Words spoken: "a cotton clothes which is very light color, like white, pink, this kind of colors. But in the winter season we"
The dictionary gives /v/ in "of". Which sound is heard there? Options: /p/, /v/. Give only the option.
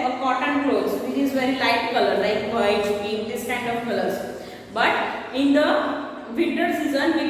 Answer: /p/